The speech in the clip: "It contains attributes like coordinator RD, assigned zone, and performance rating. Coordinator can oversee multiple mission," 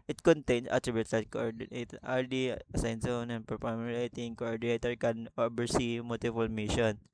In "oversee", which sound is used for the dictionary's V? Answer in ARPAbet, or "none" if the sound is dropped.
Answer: B